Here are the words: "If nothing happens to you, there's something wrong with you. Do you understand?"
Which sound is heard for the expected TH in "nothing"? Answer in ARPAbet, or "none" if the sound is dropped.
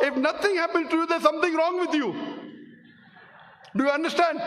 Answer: T